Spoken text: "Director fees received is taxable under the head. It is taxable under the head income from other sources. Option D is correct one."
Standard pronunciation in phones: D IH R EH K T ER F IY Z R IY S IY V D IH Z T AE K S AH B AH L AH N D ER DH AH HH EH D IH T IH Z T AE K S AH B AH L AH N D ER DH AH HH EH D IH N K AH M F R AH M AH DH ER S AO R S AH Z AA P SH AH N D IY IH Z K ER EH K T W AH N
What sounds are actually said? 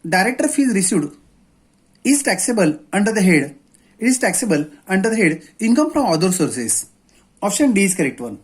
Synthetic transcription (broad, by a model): D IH R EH K T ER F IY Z R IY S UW D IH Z T AE K S AH B AH L AH N D ER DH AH HH EH D IH T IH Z T AE K S AH B AH L AH N D ER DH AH HH EH D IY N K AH M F R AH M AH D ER S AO R S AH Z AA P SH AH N D IY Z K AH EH K T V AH N